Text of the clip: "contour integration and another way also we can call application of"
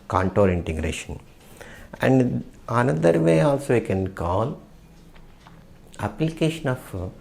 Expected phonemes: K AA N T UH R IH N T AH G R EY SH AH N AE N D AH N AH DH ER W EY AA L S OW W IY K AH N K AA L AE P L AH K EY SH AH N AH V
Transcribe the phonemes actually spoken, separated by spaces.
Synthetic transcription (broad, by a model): K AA N T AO R IH N T AH G R EY SH AH N AE N D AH N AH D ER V EY AA L S OW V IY K AH N K AA L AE P L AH K EY SH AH N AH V